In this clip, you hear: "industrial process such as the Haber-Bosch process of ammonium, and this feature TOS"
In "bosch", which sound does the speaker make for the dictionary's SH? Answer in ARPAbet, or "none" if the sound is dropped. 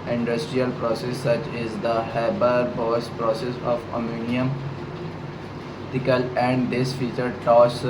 S